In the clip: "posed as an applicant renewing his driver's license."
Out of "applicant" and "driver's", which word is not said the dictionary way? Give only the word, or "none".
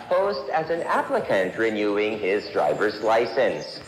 none